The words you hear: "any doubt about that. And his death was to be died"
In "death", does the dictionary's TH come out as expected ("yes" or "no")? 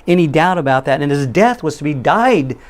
yes